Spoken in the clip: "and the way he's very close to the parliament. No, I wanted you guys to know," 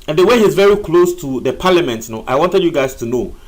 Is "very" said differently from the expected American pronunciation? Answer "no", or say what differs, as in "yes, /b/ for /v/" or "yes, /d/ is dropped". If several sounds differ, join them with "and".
no